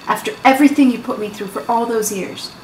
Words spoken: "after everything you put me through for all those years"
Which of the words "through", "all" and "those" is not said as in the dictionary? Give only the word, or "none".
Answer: none